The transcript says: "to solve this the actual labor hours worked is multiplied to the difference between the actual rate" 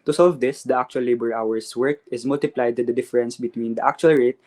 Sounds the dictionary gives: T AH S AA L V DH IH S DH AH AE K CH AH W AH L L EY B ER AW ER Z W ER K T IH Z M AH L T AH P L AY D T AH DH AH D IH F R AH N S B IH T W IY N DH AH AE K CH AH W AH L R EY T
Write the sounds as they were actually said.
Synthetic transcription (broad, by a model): T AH S AA L V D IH S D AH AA K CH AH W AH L L EY B ER AW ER S W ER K IH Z M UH L T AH P L AY D T AH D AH D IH F R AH N S B IH T W IY N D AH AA K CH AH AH L R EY T